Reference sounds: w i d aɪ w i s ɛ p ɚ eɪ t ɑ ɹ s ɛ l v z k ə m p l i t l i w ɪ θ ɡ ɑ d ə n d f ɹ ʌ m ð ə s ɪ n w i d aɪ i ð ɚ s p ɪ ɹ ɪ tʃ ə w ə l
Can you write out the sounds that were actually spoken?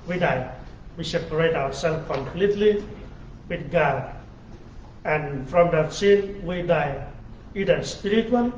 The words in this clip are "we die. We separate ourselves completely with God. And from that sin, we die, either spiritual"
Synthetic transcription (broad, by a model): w i d aɪ w i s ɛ p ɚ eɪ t ɑ w s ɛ l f k ə m p l i t l i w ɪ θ ɡ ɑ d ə n f ɹ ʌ m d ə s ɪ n w i d aɪ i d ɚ s p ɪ ɹ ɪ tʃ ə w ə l